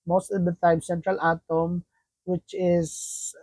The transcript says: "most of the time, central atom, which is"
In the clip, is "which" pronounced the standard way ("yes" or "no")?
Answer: yes